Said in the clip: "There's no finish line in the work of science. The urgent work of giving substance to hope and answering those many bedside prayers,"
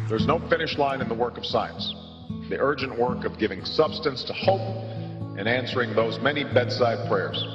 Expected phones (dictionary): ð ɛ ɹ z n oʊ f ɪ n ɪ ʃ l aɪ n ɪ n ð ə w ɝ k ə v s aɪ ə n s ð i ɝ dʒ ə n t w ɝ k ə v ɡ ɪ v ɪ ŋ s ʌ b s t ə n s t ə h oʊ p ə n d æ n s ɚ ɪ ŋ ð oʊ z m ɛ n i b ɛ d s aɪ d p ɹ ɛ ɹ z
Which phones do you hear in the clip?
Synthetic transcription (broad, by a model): ð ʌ ɹ z n oʊ f ɪ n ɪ ʃ l aɪ n ɪ n ð ə w ɝ k ə v s aɪ ə n s ð i ɝ dʒ ə n t w ɝ k ə v ɡ ɪ v ɪ ŋ s ʌ b s t ə n s t ə h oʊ p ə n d æ n s ɚ ɪ ŋ ð oʊ z m ɛ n i b ɛ d s aɪ d p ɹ ɛ ɹ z